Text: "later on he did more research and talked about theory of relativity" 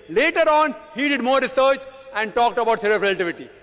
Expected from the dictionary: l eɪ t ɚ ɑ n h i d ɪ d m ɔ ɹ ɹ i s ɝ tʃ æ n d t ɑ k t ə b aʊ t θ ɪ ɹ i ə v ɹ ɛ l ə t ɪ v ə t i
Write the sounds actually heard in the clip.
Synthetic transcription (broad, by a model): l eɪ t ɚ ɑ n h i d ɪ d m ɔ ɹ ɹ i s ɝ tʃ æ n d t ɑ k t ə b aʊ t s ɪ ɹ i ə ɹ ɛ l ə t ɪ v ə t i